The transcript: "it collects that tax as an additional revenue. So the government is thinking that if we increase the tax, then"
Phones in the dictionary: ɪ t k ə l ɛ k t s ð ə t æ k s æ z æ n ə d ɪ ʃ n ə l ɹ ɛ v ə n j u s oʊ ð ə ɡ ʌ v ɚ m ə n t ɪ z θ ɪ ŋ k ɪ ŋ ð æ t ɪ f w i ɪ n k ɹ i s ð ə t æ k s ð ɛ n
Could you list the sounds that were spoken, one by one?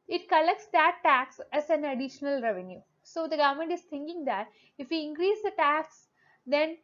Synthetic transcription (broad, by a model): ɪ t k ə l ɛ k t s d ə t æ k s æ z æ n ə d ɪ ʃ n ə l ɹ ɛ v ə n j u s oʊ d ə ɡ ʌ v ɚ m ə n t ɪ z t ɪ ŋ k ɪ ŋ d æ t ɪ f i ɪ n k ɹ i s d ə t æ k s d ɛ n